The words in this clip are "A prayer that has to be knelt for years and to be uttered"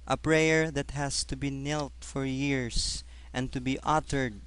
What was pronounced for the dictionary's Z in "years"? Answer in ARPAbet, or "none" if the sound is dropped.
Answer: S